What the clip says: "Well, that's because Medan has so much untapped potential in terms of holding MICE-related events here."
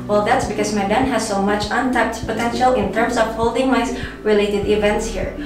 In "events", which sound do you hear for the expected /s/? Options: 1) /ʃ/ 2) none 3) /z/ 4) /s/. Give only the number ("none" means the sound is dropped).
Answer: 4